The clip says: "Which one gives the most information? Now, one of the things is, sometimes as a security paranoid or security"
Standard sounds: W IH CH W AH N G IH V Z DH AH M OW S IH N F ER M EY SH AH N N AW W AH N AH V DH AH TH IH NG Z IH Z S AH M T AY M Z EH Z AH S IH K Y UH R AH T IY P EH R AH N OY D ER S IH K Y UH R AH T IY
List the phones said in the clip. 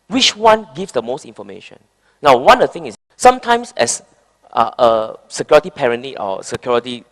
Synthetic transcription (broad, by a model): W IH CH W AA N G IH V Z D AH M OW S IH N F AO M EY SH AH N N AW W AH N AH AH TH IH NG IH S S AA M T AY M S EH S AH S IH K Y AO R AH T IY P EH R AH N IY AO S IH K Y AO R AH T IY